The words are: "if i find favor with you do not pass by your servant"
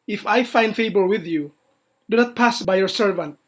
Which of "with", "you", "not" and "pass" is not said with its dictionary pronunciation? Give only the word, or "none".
none